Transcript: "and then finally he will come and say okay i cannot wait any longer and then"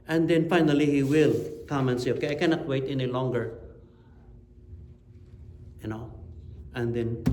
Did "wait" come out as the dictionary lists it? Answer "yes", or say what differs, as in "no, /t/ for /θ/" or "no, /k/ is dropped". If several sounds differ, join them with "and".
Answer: yes